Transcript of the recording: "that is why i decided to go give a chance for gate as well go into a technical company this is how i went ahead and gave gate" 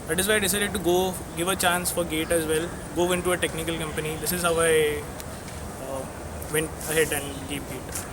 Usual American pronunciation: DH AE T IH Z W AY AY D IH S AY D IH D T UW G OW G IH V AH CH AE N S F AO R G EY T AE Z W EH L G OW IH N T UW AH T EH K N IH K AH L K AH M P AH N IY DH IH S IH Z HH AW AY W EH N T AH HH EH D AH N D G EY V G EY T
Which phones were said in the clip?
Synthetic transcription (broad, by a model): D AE T IH Z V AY AY D IH S AY D IH D T UW G OW G IH V AH CH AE N S F AO R G EY T AE Z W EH L G OW IH N T UW AH T EH K N IH K AH L K AH M P AH N IY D IH S IH Z HH AW AY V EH N T AH HH EH D AH N D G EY P G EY T